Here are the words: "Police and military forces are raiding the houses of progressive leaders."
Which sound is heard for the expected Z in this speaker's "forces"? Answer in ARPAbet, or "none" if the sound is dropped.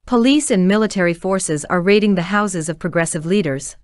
Z